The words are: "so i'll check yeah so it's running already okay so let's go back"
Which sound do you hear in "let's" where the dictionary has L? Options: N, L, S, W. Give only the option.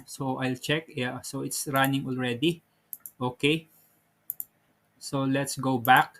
L